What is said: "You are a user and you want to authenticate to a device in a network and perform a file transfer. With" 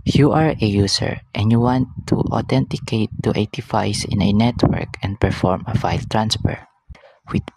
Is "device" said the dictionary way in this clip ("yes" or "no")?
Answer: no